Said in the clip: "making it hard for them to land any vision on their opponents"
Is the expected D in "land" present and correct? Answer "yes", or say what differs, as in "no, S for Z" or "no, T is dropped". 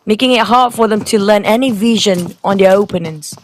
no, D is dropped